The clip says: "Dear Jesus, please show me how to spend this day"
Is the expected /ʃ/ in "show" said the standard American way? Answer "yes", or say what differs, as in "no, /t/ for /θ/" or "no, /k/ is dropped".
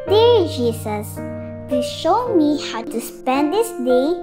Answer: yes